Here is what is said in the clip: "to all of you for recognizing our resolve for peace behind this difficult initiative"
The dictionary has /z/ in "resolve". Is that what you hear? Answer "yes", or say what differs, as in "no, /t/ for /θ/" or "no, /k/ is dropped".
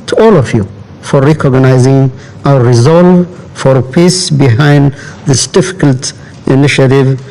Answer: yes